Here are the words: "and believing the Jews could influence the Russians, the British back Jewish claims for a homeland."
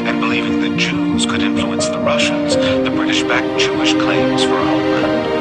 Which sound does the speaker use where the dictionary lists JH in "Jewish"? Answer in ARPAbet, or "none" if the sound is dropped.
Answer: CH